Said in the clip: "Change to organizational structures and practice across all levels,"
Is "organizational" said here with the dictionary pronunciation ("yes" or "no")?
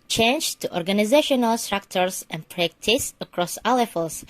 yes